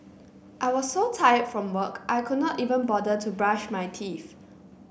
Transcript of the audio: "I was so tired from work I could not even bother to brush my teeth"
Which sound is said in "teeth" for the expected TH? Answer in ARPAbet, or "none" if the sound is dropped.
F